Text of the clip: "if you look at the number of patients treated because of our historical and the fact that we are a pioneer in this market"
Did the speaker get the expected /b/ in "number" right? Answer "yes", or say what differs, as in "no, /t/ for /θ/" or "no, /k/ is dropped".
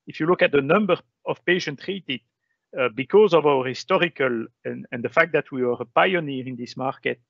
yes